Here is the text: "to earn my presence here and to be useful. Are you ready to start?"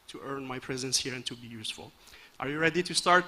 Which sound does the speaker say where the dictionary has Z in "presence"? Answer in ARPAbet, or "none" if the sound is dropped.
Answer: Z